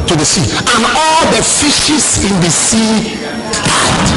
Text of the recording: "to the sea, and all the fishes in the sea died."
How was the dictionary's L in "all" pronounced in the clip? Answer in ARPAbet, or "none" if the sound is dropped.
L